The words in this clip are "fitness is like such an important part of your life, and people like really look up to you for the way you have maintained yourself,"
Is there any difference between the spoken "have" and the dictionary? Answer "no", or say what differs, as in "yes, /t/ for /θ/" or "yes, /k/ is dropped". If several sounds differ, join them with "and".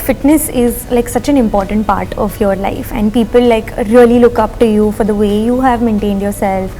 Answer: no